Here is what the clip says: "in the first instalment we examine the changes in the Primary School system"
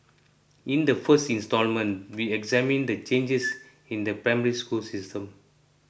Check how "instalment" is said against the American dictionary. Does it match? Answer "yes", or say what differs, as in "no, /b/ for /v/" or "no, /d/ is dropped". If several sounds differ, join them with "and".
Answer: yes